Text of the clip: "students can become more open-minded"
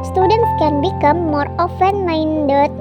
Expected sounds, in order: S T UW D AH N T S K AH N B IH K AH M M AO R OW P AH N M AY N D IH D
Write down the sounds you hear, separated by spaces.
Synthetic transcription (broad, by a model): S T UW D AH N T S K AH N B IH K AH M M AO R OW F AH N M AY N D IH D